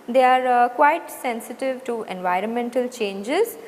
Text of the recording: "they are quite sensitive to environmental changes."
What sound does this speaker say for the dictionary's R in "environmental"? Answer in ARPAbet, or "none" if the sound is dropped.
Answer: R